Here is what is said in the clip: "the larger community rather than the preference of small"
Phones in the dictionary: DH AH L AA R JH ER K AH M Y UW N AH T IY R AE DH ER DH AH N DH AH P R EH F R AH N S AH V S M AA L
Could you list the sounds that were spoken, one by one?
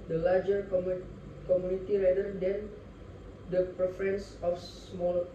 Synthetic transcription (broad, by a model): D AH L AA R JH ER K AH M Y UW N AH T IY R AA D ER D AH N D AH P R EH F R AH N S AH F S M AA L